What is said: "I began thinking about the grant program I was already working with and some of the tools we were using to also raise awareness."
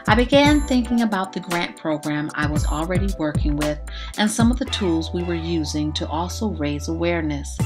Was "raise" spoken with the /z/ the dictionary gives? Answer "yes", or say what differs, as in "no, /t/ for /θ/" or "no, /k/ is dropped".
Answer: yes